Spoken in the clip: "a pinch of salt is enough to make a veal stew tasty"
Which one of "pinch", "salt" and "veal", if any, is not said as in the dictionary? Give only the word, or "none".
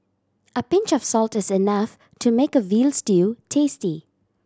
none